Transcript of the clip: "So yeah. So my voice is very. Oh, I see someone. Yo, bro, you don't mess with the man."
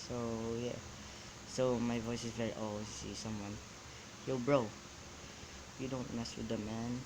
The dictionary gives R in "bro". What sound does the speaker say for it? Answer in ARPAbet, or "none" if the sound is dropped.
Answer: R